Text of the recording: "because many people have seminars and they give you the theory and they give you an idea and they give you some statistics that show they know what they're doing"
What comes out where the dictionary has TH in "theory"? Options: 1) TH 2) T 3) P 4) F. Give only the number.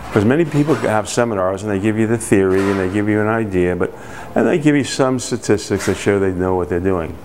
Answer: 1